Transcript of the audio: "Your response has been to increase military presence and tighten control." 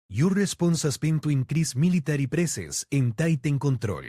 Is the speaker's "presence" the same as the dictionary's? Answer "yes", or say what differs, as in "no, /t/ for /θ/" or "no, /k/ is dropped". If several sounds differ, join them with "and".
no, /s/ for /z/ and /n/ is dropped